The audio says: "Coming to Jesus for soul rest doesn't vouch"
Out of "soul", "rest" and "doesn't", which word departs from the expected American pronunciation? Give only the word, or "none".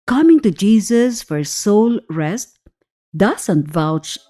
doesn't